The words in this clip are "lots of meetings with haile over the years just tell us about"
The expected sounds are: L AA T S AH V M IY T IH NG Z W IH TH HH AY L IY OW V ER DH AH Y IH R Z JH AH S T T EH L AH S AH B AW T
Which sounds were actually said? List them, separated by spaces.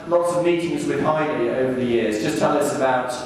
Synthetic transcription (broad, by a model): L AA T S AH V M IY T IH NG Z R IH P AY N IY OW V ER DH AH Y IH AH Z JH AH S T T EH L AH S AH B AW T